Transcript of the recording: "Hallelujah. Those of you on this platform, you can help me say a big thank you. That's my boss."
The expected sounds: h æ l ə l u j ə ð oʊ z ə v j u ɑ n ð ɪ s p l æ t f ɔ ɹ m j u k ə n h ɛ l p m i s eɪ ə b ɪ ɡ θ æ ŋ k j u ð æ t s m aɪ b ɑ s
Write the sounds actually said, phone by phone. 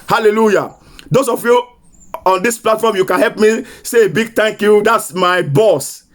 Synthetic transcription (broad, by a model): h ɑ l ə l u j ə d oʊ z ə f j u ɑ n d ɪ s p l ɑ t f ɔ m j u k ə n h ɛ l p m i s eɪ ə b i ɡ t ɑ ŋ k j u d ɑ t s m aɪ b ɑ s